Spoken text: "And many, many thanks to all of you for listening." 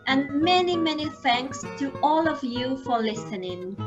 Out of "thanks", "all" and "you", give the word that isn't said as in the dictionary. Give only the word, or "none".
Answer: none